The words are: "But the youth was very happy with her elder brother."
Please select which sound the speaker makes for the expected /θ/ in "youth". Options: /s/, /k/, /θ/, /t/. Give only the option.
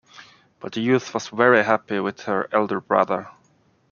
/θ/